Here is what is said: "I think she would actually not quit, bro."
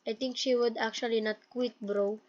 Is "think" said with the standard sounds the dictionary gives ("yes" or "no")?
no